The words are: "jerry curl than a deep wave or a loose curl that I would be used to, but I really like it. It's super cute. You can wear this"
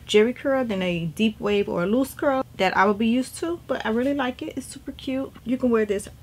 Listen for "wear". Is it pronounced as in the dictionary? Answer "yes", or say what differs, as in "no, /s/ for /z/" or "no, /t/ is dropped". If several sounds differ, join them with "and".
yes